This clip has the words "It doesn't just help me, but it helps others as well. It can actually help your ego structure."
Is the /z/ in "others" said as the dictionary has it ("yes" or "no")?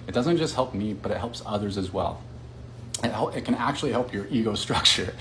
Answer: yes